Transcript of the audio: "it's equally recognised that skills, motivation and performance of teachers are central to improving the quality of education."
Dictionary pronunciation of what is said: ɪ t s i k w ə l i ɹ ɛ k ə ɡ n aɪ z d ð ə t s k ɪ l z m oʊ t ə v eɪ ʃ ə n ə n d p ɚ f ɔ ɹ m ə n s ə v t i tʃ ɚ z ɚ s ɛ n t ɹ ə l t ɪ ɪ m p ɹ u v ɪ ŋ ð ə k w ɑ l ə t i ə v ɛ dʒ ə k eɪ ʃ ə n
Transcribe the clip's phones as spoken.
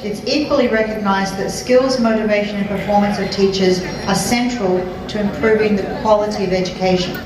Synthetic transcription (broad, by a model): ɪ t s i k w ə l i ɹ ɛ k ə ɡ n aɪ z ð ə t s k ɪ l z m oʊ t ə v eɪ ʃ ə n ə n p ɚ f ɔ ɹ m ə n s ə v t i tʃ ɚ z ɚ s ɛ n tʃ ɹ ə l t ɪ ɪ m p ɹ u v ɪ ŋ ð ə k w ɑ l ə t i ə v ɛ dʒ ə k eɪ ʃ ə n